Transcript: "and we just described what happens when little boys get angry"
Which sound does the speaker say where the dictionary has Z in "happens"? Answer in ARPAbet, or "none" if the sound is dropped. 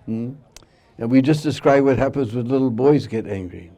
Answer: Z